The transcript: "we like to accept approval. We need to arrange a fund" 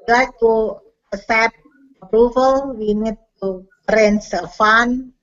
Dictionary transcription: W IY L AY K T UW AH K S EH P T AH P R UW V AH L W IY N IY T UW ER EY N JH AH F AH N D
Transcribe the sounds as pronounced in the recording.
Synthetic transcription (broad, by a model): L AY K T UW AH S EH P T AH P R UW V AH L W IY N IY T UW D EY N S AH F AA N